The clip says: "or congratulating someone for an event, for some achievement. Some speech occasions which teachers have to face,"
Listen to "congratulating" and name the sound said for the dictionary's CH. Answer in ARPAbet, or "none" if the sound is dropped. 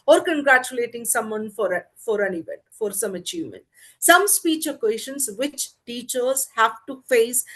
CH